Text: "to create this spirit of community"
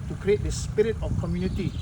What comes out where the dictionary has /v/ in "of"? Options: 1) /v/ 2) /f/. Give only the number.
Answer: 2